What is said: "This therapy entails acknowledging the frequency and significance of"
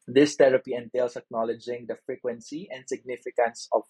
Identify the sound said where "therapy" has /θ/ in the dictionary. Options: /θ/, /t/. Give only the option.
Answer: /t/